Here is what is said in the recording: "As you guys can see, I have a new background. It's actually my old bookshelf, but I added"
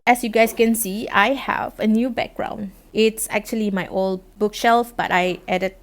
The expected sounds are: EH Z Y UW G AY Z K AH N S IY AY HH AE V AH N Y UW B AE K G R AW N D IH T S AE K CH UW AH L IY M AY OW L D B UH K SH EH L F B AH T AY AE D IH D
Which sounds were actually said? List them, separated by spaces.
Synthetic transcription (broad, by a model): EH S Y UW G AY S K AH N S IY AY HH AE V AH N Y UW B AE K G R AW N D IH T S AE K CH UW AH L IY M AY OW L D B UH K SH EH L F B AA T AY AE D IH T